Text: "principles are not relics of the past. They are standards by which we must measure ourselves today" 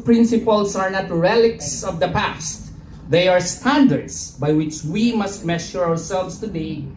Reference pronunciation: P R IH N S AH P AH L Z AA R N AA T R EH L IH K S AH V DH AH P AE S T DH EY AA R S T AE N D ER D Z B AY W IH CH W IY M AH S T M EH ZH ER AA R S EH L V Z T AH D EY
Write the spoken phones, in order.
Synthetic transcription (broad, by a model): P R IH N S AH P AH L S AA R N AA T R EH L IH K S AH V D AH P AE S T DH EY AA R S T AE N D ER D S B AY W IH CH W IY M AH S T M EH SH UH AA R S EH L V S T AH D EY